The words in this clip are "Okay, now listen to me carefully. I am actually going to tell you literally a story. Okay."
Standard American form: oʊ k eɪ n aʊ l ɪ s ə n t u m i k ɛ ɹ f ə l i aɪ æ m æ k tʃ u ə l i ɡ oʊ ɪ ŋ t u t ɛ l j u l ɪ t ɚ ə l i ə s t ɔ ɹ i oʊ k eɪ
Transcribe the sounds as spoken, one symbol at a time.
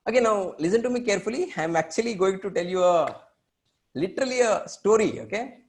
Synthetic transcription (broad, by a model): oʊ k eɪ n aʊ l ɪ s ə n t u m i k ɛ ɹ f ə l i aɪ m æ k tʃ u ə l i ɡ oʊ ɪ ŋ t u t ɛ l j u l ɪ t ɚ ə l i ə s t ɔ ɹ i oʊ k eɪ